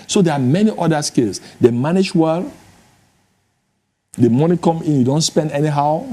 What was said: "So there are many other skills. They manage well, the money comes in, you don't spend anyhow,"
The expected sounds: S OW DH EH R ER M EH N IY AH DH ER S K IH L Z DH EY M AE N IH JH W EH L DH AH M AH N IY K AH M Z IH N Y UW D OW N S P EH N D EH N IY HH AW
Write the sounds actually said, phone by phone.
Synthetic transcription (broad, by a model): S OW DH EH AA M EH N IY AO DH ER S K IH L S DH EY M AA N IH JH W EH L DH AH M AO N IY K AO M IH N Y UW D OW N S P EH N D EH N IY HH AW